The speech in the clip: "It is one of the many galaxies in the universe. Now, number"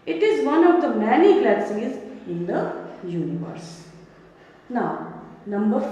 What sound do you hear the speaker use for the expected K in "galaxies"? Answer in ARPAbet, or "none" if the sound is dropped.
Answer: none